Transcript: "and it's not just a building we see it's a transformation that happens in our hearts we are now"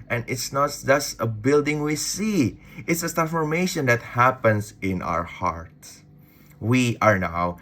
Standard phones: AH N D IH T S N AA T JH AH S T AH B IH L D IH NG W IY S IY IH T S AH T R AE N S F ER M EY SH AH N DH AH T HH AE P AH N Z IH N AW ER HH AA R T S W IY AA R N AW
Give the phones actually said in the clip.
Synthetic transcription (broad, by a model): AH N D IH T S N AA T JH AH S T AH B IH L D IH NG W IY S IY IH T S AH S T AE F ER M EY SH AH N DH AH T HH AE P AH N S IH N AW ER HH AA R T W IY AA R N AW